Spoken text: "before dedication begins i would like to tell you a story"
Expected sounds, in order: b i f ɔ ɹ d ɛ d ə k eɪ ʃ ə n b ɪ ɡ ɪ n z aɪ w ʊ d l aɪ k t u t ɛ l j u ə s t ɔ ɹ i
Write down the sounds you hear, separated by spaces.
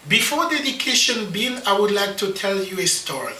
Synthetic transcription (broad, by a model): b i f ɔ ɹ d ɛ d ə k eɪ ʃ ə n b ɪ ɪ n aɪ w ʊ d l aɪ k t u t ɛ l j u ə s t ɔ ɹ i